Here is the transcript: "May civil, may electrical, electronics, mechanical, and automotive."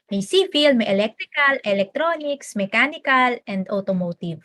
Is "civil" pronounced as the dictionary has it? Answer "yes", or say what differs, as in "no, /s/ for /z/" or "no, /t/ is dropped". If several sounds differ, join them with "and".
no, /f/ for /v/